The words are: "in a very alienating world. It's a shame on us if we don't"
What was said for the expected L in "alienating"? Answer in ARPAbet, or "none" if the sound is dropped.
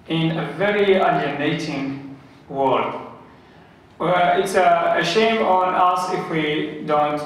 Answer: N